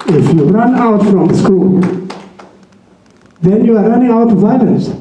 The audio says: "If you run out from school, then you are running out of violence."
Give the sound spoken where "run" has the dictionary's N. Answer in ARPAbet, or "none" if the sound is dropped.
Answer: N